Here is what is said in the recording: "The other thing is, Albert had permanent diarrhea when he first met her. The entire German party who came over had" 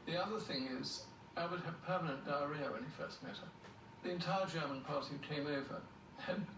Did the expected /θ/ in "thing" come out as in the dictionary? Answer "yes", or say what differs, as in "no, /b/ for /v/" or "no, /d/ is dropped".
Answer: yes